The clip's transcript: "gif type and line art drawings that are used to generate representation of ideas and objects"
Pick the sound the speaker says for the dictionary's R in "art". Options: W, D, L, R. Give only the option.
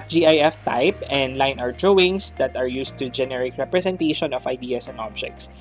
W